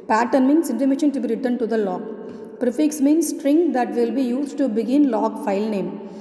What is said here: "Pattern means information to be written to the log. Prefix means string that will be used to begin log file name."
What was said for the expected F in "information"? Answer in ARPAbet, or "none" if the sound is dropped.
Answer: none